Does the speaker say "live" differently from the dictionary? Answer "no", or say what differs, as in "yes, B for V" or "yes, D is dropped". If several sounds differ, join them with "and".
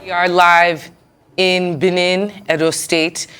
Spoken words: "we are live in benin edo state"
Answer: no